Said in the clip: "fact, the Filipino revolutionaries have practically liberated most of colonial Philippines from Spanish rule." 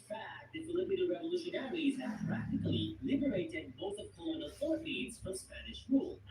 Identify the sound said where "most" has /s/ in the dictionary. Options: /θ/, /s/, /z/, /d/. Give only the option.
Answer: /θ/